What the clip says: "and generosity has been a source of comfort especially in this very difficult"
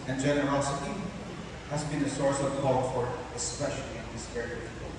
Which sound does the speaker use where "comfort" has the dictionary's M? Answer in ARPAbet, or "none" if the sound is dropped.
none